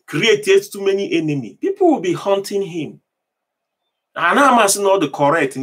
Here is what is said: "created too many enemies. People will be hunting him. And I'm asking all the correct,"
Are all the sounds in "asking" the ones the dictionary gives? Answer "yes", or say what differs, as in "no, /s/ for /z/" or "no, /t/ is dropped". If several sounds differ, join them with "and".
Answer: no, /k/ is dropped